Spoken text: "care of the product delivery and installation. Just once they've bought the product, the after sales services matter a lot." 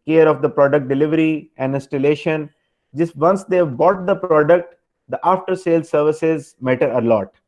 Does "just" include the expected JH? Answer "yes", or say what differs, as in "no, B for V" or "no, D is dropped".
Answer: yes